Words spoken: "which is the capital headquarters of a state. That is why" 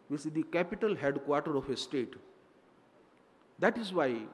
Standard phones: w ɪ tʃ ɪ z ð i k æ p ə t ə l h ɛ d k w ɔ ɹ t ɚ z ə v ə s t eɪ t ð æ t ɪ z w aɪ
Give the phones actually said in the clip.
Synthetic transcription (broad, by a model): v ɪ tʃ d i k æ p ə t ə l h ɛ d k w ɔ ɹ t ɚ ə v ə s t eɪ t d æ t ɪ z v aɪ